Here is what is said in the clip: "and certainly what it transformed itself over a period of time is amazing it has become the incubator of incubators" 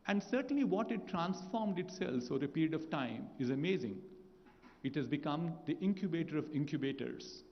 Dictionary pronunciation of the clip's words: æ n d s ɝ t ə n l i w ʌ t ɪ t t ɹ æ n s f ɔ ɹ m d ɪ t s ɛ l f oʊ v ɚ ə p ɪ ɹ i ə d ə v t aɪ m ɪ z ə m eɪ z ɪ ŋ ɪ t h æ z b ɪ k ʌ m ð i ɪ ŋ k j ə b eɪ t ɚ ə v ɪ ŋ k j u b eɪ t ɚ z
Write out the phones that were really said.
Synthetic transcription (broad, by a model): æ n d s ɝ t ə n l i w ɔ t ɪ t t ɹ æ n s f ɔ ɹ m d ɪ t s ɛ l f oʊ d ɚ ə p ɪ ɹ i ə d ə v t aɪ m ɪ z ə m eɪ z ɪ ŋ ɪ t h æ z b ɪ k ʌ m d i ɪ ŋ k j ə b eɪ t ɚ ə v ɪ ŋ k j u b eɪ t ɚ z